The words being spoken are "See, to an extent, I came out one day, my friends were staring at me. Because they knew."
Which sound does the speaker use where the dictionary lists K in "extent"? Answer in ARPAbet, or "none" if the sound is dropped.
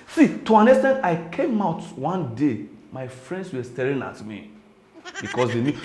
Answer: none